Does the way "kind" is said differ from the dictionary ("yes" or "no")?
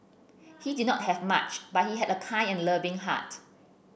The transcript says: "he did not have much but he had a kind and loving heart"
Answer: yes